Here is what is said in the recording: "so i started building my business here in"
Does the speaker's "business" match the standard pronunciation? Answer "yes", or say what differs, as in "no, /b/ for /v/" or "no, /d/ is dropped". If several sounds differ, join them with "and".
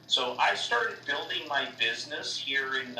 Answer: yes